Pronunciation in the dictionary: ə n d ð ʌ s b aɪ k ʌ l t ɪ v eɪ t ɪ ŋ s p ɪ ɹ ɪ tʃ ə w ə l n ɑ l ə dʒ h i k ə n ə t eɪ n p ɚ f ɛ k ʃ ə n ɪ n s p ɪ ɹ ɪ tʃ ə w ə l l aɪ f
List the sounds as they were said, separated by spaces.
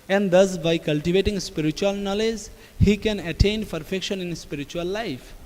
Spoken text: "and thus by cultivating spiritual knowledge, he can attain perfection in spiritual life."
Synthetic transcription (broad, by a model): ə n d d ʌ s b aɪ k ʌ l t ɪ v eɪ t ɪ ŋ s p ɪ ɹ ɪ tʃ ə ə l n ɑ l ə dʒ h i k ə n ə t eɪ n p ɚ f ɛ k ʃ ə n ɪ n s p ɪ ɹ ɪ tʃ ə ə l l aɪ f